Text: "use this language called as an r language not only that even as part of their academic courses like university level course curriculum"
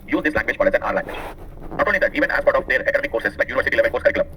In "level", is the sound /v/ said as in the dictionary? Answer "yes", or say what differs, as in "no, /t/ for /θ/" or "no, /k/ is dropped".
yes